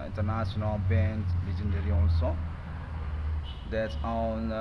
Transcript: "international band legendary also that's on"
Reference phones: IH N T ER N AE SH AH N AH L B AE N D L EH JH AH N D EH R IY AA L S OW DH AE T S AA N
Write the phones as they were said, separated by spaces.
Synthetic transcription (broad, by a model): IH N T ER N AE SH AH N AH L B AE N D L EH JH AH N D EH R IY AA N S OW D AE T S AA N